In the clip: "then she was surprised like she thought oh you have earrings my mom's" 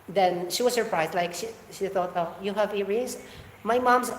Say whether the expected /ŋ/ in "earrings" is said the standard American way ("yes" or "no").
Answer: no